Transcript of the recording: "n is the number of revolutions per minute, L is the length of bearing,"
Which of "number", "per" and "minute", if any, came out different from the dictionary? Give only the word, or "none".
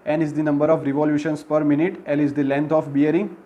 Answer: none